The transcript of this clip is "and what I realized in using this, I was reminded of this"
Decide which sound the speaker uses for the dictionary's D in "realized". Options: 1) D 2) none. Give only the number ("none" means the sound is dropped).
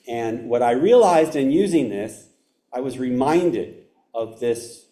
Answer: 1